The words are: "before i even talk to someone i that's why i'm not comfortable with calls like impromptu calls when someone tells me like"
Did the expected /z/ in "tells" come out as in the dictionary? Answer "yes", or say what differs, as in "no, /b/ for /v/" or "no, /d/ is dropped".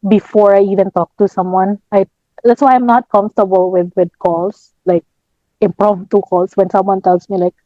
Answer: no, /s/ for /z/